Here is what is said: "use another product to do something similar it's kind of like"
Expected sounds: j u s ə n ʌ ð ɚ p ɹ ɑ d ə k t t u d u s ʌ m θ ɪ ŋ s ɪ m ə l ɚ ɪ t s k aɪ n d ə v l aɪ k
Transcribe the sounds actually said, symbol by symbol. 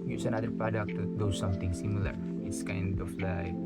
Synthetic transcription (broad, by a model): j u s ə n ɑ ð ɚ p ɹ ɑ d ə k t t u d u s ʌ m t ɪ ŋ s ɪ m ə l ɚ ɪ t s k aɪ n d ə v l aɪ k